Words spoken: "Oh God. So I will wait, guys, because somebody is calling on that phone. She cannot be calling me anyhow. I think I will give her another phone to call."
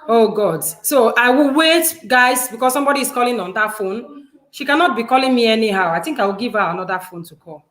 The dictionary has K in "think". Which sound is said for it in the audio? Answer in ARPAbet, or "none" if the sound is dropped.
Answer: K